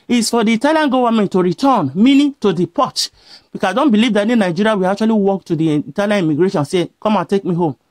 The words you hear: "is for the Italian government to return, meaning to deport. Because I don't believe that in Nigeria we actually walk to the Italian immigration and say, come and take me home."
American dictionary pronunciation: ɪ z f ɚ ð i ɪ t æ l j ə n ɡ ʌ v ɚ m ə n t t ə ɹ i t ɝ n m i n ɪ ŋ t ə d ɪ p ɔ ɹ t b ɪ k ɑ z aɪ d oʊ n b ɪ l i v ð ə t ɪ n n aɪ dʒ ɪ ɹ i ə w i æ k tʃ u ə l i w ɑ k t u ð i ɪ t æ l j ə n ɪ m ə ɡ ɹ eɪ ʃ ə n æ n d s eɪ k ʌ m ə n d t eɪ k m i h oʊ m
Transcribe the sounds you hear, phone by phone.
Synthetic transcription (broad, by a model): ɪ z f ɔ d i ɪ t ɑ l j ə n ɡ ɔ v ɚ m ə n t t ə ɹ i t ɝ n m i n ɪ t ə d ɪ p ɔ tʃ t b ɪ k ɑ aɪ d oʊ n b ɪ l i v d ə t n n aɪ dʒ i ɹ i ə w i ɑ k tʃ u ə l i w ɑ k t u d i t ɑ l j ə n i m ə ɡ ɹ eɪ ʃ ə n n s eɪ k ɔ m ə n t eɪ k m i h oʊ m